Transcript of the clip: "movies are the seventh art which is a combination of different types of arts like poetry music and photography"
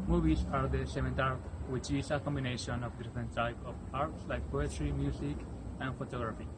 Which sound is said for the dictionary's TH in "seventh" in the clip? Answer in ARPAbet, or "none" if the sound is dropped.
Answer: T